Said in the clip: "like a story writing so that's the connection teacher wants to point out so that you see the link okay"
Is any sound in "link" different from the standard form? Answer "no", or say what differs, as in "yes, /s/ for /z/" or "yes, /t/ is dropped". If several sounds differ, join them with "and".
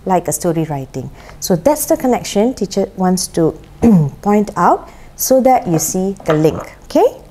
no